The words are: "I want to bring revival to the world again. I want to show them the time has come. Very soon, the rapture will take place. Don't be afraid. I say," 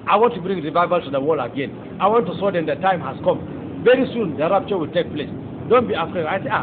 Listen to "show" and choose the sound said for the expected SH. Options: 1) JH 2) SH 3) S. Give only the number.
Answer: 3